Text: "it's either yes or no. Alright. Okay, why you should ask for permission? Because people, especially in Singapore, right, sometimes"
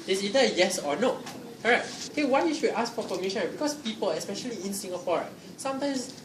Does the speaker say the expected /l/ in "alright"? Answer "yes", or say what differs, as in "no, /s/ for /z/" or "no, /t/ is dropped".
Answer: no, /l/ is dropped